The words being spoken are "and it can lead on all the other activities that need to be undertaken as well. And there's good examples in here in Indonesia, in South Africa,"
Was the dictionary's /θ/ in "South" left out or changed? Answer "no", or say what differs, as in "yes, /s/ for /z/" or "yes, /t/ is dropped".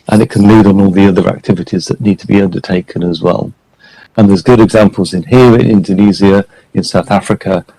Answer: no